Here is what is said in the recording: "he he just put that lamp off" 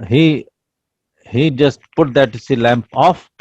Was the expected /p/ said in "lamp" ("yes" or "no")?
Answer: yes